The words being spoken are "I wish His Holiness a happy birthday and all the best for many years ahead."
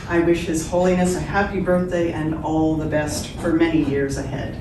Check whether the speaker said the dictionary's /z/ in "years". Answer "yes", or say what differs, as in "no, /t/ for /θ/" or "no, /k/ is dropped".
yes